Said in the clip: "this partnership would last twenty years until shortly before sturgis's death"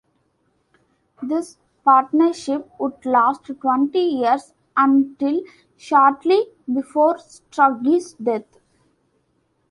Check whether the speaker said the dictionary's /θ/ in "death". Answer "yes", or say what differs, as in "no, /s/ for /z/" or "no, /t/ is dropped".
no, /t/ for /θ/